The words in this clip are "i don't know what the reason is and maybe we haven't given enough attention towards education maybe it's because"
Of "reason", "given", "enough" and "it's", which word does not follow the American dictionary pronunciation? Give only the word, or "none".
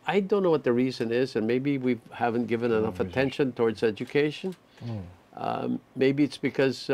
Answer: none